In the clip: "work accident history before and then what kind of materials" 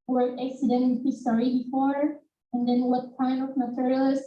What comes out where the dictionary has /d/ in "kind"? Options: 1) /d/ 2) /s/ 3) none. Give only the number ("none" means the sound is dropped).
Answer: 3